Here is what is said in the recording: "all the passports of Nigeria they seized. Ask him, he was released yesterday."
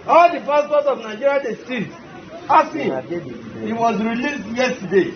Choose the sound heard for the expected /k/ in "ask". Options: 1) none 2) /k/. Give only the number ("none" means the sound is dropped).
1